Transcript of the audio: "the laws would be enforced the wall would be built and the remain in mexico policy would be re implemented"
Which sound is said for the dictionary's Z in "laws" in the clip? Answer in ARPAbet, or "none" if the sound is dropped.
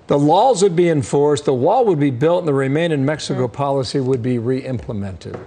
Z